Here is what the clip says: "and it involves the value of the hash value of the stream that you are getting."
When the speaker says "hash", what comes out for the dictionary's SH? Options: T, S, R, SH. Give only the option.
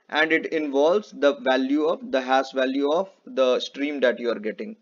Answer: S